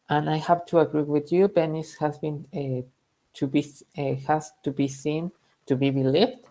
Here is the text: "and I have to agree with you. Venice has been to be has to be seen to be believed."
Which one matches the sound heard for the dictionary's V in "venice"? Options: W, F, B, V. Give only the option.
B